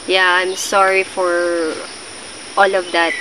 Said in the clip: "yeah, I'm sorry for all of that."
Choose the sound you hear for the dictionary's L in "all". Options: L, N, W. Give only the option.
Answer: L